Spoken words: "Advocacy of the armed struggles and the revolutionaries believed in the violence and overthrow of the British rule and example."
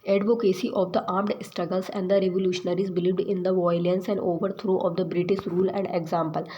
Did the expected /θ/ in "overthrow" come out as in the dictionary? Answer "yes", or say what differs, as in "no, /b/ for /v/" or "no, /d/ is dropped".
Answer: no, /t/ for /θ/